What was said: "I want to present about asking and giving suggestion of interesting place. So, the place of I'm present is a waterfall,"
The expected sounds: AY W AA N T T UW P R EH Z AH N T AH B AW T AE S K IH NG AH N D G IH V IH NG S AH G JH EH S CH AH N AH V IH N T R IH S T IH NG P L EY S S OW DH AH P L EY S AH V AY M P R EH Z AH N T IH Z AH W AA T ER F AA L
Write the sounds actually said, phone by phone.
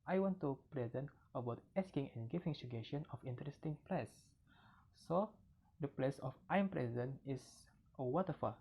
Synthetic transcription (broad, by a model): AY W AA N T T UW P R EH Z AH N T AH B AW T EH S K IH NG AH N G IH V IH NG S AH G EH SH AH N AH F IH N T R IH S T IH NG P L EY S S OW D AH P L EY S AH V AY M P R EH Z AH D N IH S AH W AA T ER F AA